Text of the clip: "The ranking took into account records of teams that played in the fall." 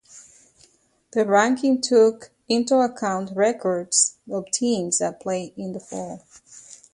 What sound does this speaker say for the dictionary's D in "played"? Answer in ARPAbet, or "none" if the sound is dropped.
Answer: none